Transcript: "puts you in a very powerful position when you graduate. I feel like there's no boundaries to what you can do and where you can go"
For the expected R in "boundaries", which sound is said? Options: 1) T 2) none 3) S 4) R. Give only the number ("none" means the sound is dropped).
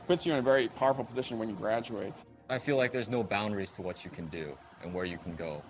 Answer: 4